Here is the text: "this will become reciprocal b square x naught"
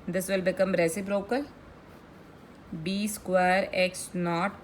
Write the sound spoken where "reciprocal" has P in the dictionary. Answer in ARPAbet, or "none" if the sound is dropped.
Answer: B